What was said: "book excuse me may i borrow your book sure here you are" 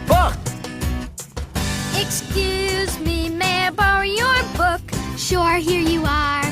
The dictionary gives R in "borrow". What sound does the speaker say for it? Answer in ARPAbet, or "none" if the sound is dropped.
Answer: none